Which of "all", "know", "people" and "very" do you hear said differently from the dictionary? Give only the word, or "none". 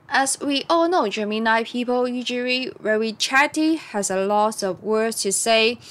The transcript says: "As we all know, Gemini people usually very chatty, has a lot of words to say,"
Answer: very